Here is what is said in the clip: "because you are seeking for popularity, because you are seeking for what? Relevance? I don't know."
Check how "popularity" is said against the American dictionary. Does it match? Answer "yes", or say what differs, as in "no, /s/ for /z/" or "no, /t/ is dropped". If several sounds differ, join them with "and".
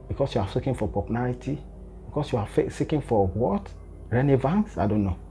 no, /n/ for /l/